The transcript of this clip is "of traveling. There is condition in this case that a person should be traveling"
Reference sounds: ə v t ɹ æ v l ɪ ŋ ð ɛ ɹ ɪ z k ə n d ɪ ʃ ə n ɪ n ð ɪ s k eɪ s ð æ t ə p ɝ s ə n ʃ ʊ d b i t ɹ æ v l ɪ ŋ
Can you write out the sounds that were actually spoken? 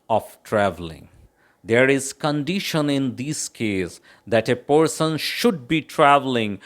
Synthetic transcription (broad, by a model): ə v t ɹ æ v l ɪ ŋ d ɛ ɹ ɪ z k ə n d ɪ ʃ ə n ɪ n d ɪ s k eɪ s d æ t ə p ɝ s ə n ʃ ʊ d b i t ɹ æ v l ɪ ŋ